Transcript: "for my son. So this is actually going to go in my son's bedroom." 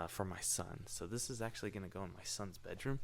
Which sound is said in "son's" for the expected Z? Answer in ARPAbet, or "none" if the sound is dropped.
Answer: Z